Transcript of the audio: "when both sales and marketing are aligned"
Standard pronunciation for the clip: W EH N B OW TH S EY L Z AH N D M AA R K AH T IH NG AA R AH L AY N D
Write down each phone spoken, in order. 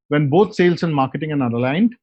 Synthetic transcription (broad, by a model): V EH N B OW T S EY L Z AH N M AA R K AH T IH NG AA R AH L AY N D